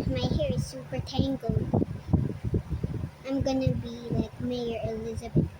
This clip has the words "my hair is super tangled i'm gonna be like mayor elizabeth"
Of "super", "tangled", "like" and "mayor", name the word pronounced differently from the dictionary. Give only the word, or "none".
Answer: tangled